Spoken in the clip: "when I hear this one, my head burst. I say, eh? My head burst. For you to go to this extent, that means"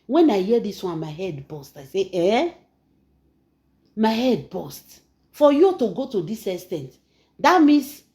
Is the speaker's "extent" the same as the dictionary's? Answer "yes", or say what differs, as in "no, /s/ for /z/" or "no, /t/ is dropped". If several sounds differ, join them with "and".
no, /k/ is dropped